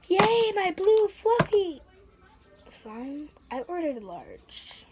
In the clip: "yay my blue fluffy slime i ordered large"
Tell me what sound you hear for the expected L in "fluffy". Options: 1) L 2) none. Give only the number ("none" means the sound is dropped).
2